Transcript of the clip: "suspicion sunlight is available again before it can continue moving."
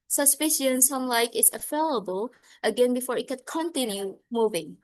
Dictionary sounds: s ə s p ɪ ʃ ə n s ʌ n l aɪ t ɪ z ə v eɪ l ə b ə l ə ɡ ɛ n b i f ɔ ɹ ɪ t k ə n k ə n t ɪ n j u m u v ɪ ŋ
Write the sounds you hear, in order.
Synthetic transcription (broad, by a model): s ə s p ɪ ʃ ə n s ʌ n l aɪ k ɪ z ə f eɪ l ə b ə l ə ɡ ɛ n b i f ɔ ɹ ɪ t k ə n k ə n t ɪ n j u m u v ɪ ŋ